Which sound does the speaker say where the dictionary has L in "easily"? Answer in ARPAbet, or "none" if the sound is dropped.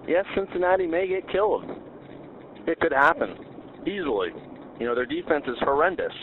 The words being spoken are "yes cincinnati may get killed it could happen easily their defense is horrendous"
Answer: N